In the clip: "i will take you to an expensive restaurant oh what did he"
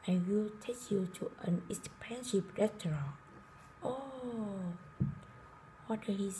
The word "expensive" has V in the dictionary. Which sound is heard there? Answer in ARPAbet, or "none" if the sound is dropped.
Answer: P